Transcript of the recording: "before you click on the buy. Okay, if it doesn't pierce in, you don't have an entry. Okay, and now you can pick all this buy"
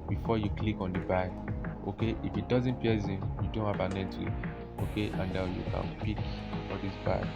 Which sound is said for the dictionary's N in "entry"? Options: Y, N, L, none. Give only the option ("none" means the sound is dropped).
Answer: none